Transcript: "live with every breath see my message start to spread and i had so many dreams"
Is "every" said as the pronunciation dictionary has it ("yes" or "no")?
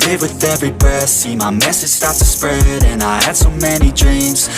yes